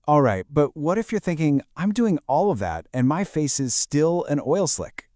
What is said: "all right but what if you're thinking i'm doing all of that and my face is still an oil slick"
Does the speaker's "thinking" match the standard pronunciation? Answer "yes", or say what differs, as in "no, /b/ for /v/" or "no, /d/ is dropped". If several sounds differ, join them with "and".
yes